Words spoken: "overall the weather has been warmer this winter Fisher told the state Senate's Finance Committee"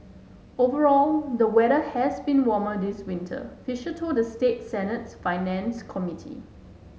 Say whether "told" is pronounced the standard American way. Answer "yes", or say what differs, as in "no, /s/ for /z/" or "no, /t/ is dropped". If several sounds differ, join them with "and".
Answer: no, /l/ is dropped